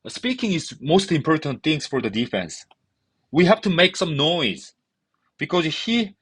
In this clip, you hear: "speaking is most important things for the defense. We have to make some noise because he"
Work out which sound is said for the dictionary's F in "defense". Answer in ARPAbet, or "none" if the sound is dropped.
F